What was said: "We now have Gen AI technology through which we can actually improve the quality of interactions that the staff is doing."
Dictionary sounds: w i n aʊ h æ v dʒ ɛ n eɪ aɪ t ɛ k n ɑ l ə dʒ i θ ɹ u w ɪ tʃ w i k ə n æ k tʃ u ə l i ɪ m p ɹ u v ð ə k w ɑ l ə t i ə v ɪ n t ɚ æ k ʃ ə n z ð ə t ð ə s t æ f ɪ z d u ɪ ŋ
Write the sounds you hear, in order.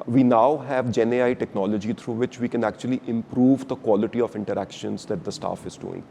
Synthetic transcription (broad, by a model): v i n aʊ h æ v dʒ ɛ n eɪ aɪ t ɛ k n ɑ l ə dʒ i t ɹ u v ɪ tʃ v i k ə n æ k tʃ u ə l i ɪ m p ɹ u v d ə k w ɑ l ə t i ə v ɪ n t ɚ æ k ʃ ə n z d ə t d ə s t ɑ f ɪ z d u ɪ ŋ